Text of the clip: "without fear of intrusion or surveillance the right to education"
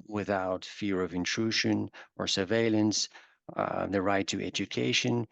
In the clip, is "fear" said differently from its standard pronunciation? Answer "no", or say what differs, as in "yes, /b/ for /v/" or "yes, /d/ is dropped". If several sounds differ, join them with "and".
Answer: no